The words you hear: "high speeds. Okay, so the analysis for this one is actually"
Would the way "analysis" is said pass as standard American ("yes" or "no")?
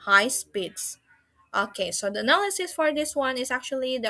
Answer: yes